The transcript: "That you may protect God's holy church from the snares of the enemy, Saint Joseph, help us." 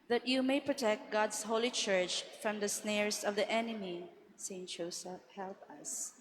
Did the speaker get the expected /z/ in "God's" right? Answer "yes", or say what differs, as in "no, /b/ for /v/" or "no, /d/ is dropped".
no, /s/ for /z/